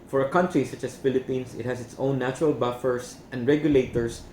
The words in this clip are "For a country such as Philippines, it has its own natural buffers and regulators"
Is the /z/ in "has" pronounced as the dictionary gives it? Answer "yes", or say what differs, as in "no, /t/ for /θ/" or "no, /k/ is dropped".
no, /s/ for /z/